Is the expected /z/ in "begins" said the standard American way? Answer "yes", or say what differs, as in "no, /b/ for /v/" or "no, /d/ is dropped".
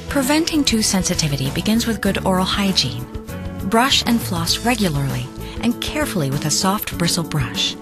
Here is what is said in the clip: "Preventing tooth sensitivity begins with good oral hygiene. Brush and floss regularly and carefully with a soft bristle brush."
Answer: yes